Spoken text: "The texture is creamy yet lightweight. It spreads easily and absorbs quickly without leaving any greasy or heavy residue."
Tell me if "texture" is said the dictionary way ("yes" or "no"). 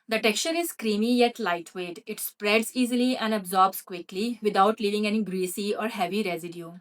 yes